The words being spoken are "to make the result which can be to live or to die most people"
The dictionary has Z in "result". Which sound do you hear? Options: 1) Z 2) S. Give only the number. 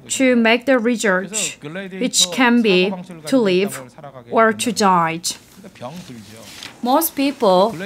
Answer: 2